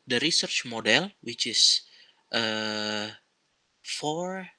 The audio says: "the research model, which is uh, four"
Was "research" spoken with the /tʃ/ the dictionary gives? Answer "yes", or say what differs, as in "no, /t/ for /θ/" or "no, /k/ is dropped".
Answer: yes